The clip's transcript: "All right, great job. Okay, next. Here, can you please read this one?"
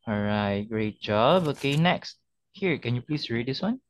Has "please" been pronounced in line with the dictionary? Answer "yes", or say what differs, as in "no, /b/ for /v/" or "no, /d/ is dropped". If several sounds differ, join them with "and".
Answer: no, /s/ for /z/